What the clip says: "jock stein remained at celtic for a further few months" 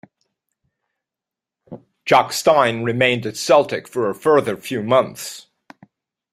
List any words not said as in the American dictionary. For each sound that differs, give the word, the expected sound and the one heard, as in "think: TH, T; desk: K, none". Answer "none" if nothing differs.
none